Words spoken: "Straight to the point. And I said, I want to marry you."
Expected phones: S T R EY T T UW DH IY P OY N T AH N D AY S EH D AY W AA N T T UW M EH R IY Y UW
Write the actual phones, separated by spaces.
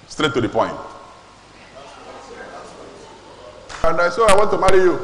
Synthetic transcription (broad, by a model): S T R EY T T UW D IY P OY N T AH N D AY S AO AY W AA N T T UW M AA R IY Y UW